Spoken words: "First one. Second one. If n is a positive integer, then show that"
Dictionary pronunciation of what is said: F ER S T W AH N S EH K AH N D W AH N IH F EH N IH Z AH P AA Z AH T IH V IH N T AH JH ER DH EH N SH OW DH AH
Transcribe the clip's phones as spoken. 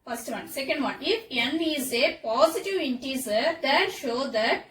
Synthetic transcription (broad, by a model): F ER S T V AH N S EH K AH N D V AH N IH F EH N IH Z AH P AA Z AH T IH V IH N T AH Z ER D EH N SH OW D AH